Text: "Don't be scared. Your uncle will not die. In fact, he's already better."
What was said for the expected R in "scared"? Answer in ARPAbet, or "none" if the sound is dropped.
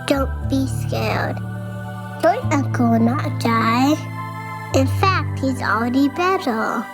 L